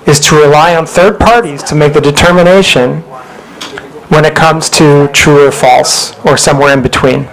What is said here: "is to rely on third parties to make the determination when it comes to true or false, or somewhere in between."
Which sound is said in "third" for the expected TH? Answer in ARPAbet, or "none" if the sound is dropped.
TH